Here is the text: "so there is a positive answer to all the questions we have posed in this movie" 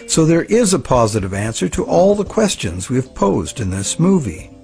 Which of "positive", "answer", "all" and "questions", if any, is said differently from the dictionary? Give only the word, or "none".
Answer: none